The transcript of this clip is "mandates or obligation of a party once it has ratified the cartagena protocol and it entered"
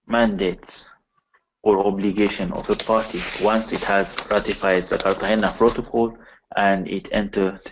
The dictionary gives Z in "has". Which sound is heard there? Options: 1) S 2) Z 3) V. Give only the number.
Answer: 2